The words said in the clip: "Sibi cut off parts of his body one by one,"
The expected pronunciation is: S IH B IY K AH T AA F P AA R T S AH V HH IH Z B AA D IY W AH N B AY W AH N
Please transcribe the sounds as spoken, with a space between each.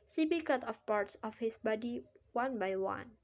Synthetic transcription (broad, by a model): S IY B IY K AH T AA F P AA R T S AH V HH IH S B AA D IY W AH N B AY W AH N